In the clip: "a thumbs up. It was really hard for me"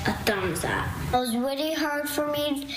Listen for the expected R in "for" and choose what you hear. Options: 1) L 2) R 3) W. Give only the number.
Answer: 2